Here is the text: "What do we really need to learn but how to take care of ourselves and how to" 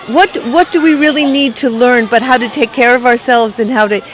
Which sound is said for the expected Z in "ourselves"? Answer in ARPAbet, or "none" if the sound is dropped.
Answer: Z